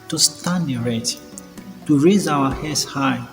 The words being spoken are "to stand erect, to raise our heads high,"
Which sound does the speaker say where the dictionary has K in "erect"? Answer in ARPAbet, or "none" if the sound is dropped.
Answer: none